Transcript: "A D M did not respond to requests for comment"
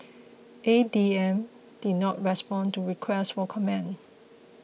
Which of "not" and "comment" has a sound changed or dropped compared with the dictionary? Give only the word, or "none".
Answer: comment